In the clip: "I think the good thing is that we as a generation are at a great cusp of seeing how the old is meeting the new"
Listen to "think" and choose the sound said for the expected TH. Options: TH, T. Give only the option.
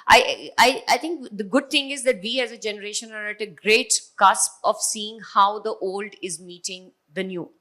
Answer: T